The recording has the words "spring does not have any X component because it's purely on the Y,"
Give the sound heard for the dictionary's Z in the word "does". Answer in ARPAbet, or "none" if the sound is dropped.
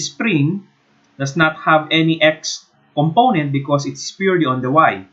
S